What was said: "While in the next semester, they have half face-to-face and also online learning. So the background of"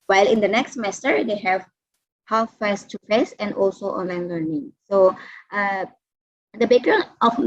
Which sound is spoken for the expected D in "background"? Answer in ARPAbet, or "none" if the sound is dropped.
none